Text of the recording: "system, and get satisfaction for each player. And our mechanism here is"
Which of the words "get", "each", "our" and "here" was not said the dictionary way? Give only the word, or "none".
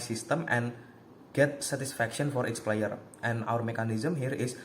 each